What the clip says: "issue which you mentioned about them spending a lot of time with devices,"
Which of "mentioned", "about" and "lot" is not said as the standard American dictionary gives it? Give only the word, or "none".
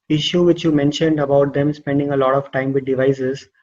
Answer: none